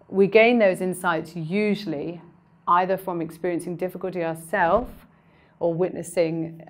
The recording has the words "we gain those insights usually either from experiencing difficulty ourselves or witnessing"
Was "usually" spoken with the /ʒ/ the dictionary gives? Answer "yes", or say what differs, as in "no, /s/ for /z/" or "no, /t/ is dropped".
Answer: yes